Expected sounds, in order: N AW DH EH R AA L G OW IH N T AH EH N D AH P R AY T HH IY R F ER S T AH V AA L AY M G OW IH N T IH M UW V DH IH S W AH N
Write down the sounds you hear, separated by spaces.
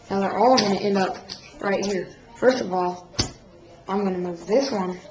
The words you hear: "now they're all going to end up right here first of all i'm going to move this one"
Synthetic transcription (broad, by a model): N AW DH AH R AA L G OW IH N T EH N D AH P R AY T HH IY R F ER S T AH V AA L AY M G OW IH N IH M UW V DH IH S W AH N